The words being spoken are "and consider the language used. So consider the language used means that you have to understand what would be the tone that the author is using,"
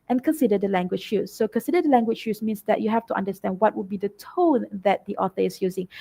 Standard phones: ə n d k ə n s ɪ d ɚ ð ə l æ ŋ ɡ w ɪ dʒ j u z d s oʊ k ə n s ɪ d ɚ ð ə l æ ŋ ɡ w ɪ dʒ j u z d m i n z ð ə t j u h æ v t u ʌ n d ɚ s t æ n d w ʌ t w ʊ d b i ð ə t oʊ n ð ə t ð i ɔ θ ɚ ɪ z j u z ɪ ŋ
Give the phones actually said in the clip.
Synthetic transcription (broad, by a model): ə n k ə n s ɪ d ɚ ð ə l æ ŋ ɡ w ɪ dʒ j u s oʊ k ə n s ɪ d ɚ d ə l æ ŋ ɡ w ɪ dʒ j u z m i n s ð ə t j u h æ f t u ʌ n d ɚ s t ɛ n d w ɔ t w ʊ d b i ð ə t oʊ n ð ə t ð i ɔ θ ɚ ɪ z j u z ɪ ŋ